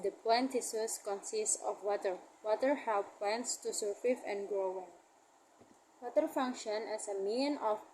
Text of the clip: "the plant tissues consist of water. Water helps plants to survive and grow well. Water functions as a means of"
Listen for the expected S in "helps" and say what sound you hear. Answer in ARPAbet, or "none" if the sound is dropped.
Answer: none